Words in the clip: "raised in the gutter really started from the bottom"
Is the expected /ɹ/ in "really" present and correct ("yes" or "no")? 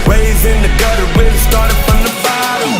no